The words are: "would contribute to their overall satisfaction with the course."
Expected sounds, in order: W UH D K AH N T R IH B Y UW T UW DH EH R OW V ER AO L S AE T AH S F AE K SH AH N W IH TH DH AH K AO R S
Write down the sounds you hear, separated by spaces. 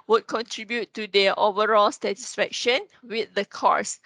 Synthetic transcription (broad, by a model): W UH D K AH N T R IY B Y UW T UW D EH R OW V ER AO L S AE T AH S F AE K SH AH N W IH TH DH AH K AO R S